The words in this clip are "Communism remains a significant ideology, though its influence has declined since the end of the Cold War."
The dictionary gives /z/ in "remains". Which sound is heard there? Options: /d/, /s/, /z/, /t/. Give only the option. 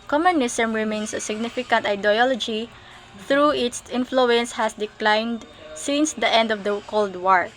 /s/